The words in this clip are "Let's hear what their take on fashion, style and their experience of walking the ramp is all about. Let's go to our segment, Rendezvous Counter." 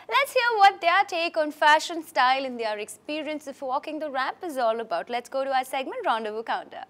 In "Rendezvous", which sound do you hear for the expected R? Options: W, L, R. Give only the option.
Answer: R